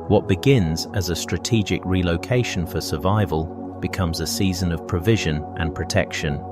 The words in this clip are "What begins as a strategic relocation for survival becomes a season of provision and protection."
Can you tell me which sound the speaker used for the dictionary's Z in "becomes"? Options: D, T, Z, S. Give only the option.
Z